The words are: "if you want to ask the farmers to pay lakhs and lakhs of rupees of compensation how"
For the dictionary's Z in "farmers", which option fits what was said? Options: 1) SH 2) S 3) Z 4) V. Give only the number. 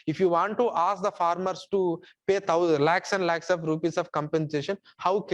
2